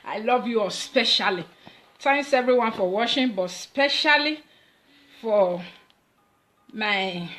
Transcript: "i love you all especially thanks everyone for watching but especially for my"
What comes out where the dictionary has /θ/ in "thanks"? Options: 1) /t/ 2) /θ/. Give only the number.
1